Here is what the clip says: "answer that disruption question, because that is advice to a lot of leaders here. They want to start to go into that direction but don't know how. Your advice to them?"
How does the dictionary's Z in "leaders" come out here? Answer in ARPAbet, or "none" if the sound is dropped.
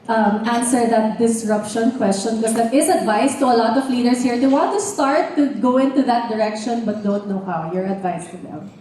S